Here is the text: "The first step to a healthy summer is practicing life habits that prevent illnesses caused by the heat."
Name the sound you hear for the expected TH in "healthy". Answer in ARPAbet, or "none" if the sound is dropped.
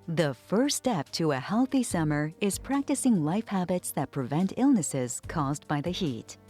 TH